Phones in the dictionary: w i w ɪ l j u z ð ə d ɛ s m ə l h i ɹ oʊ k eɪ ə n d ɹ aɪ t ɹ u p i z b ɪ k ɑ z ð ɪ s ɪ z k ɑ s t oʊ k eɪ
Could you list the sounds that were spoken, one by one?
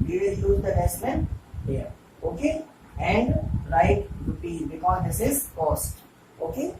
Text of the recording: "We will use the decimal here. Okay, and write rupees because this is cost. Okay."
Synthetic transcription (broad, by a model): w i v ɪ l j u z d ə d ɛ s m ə n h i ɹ oʊ k eɪ ə n d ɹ aɪ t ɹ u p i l b ɪ k ɑ z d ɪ s ɪ z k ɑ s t oʊ k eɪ